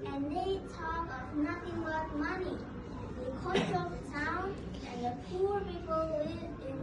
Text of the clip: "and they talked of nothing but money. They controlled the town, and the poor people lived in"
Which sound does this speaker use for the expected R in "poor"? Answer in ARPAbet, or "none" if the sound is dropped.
R